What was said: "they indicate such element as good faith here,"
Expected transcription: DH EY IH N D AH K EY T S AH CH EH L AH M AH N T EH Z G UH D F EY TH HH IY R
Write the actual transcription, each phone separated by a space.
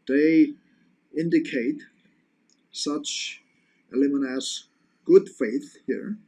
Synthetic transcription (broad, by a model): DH EY IH N D AH K EY T S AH CH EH L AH M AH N AH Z G UH D F EY TH HH IY R